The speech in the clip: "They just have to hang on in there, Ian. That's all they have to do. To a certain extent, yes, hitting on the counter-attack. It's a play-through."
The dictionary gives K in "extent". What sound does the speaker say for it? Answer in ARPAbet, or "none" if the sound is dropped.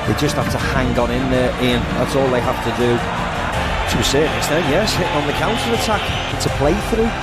none